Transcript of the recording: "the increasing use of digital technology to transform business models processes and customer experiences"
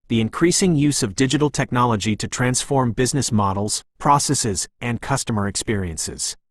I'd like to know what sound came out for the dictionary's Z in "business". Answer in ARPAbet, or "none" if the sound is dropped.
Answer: Z